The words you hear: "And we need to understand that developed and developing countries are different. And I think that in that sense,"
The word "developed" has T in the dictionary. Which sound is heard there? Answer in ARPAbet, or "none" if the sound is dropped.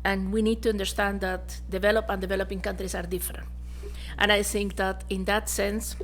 none